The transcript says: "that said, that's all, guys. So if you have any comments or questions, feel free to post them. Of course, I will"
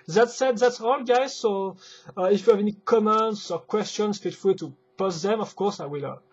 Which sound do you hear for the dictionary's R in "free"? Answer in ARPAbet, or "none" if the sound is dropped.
L